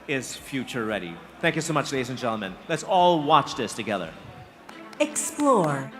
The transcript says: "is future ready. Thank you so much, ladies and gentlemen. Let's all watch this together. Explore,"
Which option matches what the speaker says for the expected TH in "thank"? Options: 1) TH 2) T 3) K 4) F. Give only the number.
1